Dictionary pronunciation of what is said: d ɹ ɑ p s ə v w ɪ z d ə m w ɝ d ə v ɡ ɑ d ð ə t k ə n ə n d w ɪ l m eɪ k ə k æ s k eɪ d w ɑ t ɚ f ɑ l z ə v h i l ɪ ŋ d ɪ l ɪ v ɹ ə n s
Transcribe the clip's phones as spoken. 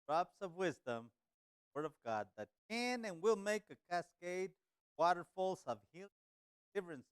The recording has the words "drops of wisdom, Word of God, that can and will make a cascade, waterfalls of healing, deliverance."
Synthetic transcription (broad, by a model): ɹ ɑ p s ə v w ɪ z d ə m w ɝ d ə v ɡ ɑ d ð ə t k ə n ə n w ɪ l m eɪ k ə k æ s k eɪ d w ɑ t ɚ f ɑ l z ə v h i ɪ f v ɹ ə n s